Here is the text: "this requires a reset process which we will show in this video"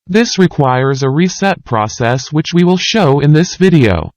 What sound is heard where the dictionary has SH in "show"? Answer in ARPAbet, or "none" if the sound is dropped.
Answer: SH